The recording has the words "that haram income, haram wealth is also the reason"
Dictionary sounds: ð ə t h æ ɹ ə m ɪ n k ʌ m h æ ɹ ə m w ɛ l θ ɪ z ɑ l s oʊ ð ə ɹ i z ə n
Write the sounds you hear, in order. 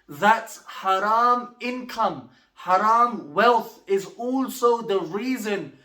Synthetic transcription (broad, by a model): ð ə t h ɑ ɹ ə m ɪ n k ʌ m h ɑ ɹ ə m w ɛ l θ ɪ z ɑ l s oʊ ð ə ɹ i z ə n